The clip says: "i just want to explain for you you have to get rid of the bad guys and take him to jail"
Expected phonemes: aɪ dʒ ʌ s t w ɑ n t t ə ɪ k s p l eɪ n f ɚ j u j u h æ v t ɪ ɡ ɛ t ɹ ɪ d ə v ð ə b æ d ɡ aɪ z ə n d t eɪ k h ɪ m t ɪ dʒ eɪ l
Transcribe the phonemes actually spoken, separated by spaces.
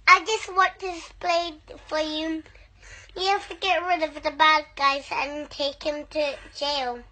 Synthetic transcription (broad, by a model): aɪ dʒ ʌ s t w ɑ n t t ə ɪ s p l eɪ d f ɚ j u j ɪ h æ f t ɪ ɡ ɛ t ɹ ɪ d ə v ð ə b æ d ɡ aɪ z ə n t eɪ k h ɪ m t ɪ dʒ eɪ l